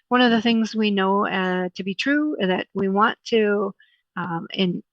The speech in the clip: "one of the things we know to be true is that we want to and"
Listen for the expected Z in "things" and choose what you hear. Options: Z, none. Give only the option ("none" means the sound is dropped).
Z